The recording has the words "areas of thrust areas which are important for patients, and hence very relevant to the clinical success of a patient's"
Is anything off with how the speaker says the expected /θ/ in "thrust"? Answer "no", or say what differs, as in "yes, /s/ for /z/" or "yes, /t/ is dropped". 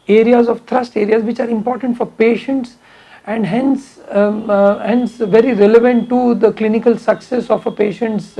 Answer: yes, /t/ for /θ/